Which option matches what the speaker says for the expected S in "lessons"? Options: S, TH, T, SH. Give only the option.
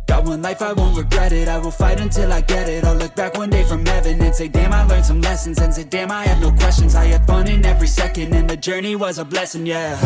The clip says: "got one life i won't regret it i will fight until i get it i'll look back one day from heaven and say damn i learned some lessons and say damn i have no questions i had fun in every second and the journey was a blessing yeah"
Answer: S